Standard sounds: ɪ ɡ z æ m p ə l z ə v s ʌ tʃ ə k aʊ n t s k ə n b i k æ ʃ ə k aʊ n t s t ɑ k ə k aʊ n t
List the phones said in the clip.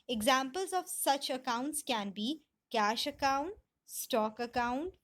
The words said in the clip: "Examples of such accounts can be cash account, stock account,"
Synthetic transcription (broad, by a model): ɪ ɡ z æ m p ə l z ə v s ʌ tʃ ə k aʊ n t s k ə n b i k æ ʃ ə k aʊ n t s t ɑ k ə k aʊ n t